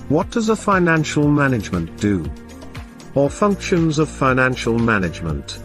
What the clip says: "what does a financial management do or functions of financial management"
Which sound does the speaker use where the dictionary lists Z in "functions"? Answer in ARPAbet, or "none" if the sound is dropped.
Z